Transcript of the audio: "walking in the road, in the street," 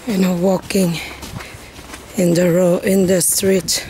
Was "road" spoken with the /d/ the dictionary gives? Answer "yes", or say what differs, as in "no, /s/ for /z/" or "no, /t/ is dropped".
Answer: no, /d/ is dropped